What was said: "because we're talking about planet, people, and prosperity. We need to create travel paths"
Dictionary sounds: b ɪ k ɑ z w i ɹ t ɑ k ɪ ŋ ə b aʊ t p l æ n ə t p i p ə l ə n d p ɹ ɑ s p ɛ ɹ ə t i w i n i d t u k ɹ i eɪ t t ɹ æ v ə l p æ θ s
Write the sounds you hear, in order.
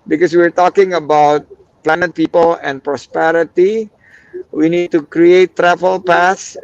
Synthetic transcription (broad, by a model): b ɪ k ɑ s w i ɹ t ɑ k ɪ ŋ ə b aʊ t p l æ n ə t p i p ə l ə n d p ɹ ɑ s p ɛ ɹ ə t i w i n i d t u k ɹ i eɪ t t ɹ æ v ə l p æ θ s